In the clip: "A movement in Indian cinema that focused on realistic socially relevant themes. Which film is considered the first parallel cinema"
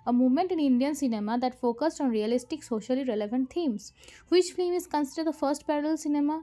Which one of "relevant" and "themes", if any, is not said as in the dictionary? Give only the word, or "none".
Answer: themes